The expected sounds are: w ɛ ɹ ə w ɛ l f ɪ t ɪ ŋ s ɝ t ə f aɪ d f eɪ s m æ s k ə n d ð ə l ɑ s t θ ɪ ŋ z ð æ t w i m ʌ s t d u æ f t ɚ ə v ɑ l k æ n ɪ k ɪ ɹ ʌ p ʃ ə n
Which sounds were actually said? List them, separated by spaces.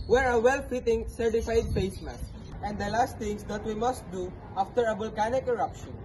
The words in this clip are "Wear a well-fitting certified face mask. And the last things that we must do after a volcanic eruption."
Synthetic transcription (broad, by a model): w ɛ ɹ ə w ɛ l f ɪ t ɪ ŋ s ɝ t ə f aɪ d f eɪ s m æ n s ə n d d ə l ɑ s t t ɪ ŋ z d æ t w i m ʌ s t d u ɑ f t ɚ ə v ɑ l k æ n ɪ k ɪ ɹ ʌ p ʃ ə n